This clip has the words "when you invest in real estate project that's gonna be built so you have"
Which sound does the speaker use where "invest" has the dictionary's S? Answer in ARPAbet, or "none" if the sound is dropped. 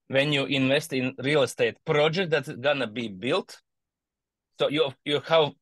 S